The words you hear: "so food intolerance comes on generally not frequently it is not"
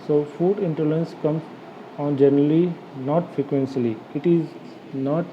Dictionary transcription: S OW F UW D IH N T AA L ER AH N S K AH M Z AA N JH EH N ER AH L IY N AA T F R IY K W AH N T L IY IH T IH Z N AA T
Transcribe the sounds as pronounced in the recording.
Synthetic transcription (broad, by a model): S OW F UW D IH N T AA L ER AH N S K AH M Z AA N JH EH N ER AH L IY N AA T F R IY K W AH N S L IY IH T IH Z N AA T